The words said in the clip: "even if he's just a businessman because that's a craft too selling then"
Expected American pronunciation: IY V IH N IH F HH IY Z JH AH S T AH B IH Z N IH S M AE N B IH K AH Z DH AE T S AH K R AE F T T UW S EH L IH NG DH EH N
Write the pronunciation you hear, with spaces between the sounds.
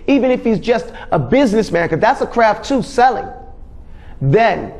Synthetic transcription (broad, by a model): IY V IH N IH F HH IY Z JH AH S T AH B IH Z N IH S M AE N K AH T DH AE T S AH K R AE F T T UW S EH L IH NG DH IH N